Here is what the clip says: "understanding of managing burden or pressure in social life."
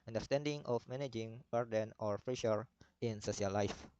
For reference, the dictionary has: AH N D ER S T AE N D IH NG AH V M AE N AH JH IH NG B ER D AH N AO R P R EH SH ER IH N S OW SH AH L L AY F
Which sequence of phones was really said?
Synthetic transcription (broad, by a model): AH N D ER S T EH N D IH NG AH F M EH N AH JH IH NG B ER D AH N AO R F R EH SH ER IH N S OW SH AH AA L AY F